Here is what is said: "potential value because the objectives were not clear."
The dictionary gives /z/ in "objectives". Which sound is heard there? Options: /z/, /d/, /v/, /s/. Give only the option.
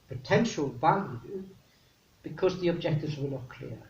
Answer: /z/